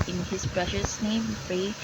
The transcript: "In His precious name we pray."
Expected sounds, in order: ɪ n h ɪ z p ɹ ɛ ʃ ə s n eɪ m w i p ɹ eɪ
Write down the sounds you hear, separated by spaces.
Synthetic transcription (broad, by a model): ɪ n h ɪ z p ɹ ɛ ʃ ə s n eɪ m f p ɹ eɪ